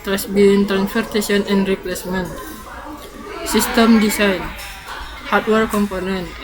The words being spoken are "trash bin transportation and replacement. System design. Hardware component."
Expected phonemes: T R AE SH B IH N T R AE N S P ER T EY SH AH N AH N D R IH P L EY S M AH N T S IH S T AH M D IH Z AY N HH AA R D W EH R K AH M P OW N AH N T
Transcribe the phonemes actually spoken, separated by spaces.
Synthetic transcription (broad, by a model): T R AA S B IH N T R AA N S F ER T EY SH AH N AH N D R IH P L EY S M AH N T S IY S T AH M D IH S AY N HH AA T W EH R K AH M P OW N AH N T